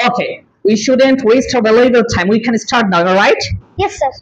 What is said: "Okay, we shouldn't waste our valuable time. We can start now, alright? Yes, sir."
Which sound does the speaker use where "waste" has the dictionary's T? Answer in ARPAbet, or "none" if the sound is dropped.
T